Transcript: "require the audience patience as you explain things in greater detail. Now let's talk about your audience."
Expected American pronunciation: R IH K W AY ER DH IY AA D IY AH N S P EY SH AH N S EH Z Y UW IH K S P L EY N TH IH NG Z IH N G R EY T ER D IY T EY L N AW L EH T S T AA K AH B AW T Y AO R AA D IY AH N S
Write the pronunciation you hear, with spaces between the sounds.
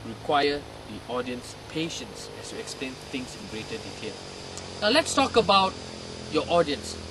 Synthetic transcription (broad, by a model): R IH K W AY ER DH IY AA D IY AH N S P EY SH AH N S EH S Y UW IH K S P L EY N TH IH NG S IH N G R EY T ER D IY T EY L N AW L EH T S T AA K AH B AW T Y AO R AA D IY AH N S